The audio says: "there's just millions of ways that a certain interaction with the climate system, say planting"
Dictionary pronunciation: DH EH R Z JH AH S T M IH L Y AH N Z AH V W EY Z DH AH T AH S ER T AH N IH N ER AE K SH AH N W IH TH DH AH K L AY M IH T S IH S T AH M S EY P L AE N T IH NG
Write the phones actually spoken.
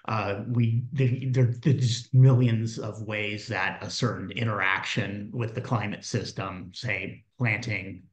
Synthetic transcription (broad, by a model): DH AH R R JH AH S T M IH L Y AH N Z AH V W EY Z DH AH T AH S ER T N IH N ER AE K SH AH N W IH DH AH K L AY M IH T S IH S T AH M S EY P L AE N T IH NG